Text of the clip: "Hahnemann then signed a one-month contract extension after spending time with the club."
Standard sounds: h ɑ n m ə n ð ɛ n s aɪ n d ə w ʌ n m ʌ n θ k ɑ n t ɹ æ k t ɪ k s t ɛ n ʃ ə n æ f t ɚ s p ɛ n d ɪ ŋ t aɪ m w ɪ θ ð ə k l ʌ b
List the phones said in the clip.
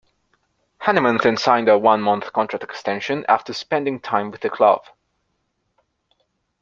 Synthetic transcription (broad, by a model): h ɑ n m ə n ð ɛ n s aɪ n d ə w ʌ n m ʌ n θ k ɑ n t ɹ æ k t ɪ k s t ɛ n ʃ ə n æ f t ɚ s p ɛ n d ɪ ŋ t aɪ m w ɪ ð ə k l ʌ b